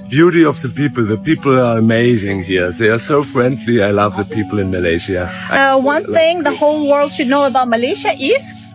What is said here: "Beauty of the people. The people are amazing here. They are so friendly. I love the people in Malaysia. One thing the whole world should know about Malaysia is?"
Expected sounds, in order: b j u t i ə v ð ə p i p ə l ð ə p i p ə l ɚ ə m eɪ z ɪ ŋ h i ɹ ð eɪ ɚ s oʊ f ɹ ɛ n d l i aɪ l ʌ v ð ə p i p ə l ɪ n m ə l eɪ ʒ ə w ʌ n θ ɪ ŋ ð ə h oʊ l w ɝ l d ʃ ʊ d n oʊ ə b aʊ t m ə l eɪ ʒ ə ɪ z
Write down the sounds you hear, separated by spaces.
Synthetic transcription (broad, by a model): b j u t i ə v ð ə p i p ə l ð ə p i p l ɚ ə m eɪ z ɪ ŋ h i ɹ ð eɪ ɚ s oʊ f ɹ ɛ n d l i aɪ l ʌ v ð ə p i p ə l ɪ n m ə l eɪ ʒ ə w ʌ n θ ɪ ŋ ð ə h oʊ l w ɝ l d ʃ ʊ d n oʊ ə b aʊ t m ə l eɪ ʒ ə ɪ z